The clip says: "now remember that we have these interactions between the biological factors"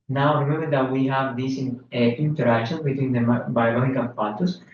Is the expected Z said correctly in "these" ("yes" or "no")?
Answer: no